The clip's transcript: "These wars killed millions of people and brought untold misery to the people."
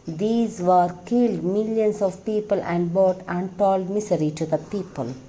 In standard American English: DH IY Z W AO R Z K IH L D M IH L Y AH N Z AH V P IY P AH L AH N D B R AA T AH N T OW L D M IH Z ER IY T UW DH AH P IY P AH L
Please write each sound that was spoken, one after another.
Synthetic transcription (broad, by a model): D IY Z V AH R K IH L D M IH L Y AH N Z AH V P IY P AH L AH N D B AA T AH N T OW L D M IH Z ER IY T UW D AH P IY P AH L